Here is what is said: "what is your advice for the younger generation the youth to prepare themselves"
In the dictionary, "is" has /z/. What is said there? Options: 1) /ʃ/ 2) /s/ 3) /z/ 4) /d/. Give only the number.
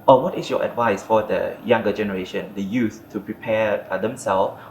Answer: 2